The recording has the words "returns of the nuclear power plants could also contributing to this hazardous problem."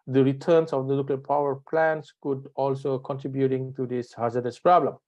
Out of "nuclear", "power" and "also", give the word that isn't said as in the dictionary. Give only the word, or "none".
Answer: nuclear